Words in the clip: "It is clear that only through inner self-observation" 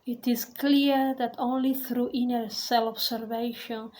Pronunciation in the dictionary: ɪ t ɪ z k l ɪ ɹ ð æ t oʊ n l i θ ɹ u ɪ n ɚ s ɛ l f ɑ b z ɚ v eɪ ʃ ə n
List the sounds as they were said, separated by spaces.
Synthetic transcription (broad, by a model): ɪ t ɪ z k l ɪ ɹ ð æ t oʊ n l i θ ɹ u ɪ n ɚ s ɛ l ɑ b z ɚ v eɪ ʃ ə n